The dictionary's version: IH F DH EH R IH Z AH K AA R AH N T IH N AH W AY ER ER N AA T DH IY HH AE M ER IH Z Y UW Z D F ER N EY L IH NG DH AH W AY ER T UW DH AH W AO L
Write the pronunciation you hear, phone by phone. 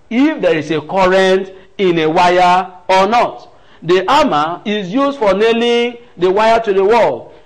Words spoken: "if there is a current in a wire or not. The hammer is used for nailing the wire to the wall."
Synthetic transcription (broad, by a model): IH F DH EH R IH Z AH K AA R AH N T IH N AH W AY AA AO N AA T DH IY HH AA M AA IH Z Y UW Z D F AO N EY L IH NG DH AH W AY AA T UW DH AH W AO L